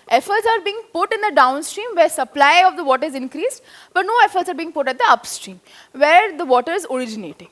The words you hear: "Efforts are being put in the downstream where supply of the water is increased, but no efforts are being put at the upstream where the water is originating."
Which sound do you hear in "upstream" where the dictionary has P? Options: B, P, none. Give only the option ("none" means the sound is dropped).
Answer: P